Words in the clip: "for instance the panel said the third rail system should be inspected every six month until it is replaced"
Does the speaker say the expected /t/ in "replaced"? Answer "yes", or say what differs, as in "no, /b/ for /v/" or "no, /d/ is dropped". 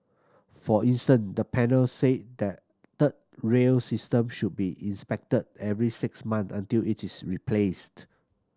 yes